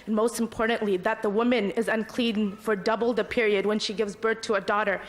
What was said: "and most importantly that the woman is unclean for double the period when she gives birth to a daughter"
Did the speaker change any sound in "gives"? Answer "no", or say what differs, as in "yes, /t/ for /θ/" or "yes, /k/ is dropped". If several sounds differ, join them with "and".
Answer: no